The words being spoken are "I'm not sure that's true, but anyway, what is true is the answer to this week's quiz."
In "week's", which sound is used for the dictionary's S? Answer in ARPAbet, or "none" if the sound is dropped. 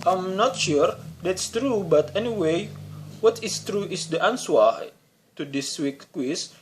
none